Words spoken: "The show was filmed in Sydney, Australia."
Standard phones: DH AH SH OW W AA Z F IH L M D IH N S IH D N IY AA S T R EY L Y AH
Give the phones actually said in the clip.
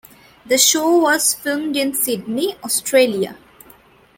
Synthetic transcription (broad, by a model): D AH SH OW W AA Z F IH L M D IH N S IH D N IY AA S T R EY L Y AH